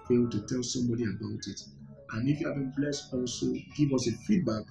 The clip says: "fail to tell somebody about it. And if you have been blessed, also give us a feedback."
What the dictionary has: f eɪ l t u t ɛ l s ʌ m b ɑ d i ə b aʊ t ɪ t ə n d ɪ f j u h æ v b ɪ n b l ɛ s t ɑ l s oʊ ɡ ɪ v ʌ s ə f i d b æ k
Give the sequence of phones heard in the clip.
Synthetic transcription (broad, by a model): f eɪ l t u t ɛ l s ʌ m b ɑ d i ə b aʊ t ɪ t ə n ɪ f j u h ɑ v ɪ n b l ɛ s t ɑ l s oʊ ɡ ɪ v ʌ s ə f i d b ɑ k